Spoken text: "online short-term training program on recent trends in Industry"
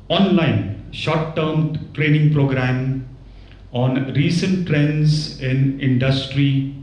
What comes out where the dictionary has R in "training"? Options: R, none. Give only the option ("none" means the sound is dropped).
R